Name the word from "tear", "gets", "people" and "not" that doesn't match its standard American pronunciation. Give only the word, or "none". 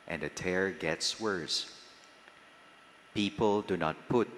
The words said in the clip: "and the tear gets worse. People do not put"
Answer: none